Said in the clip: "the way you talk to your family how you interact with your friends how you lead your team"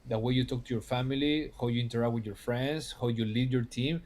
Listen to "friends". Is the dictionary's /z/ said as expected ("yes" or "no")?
no